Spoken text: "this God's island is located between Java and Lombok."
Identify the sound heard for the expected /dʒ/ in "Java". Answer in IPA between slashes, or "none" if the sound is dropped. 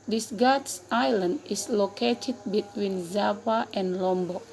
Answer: /z/